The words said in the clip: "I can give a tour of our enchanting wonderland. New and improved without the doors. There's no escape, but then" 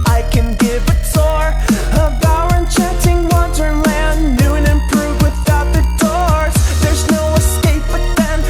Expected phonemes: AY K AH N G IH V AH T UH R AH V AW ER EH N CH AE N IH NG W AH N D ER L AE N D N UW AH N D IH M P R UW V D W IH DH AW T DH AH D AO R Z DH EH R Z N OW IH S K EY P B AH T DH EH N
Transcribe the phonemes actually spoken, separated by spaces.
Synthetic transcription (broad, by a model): AY K AH N G IH V AH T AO R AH B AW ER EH N CH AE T IH NG W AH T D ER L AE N N UW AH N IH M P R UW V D W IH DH AW T DH AH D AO R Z DH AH R Z N OW IH S K EY P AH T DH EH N